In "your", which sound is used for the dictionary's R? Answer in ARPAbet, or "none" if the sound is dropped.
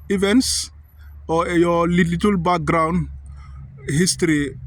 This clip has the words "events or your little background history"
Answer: L